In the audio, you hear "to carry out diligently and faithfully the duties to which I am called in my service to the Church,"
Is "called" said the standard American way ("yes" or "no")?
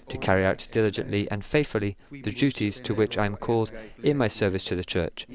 yes